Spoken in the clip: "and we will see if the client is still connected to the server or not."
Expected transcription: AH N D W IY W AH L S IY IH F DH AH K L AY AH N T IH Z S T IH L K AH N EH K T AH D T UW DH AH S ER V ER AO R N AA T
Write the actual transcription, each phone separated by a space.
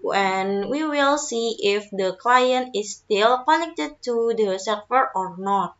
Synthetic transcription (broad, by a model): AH N W IY W AH L S IY IH F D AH K L AY AH N T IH S T IH L K AH N EH K T AH D T UW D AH S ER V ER AO R N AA T